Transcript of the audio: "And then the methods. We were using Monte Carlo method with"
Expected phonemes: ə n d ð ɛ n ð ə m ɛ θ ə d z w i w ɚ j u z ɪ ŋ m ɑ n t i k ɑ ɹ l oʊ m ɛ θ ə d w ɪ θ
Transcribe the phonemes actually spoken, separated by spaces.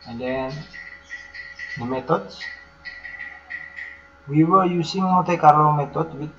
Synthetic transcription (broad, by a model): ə n d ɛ n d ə m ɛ t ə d s w i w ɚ j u s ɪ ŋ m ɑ t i k ɑ ɹ oʊ m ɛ t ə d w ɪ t